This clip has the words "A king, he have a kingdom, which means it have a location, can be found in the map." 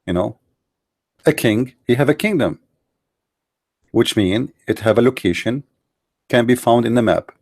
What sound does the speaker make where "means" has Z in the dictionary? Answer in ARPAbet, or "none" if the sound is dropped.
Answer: none